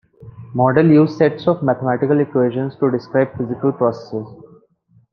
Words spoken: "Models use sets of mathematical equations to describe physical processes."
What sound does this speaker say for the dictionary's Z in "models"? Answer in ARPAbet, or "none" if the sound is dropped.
none